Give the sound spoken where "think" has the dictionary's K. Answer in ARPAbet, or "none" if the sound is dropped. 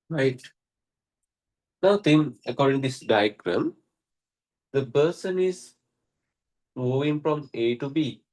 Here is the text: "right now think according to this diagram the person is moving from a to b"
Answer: none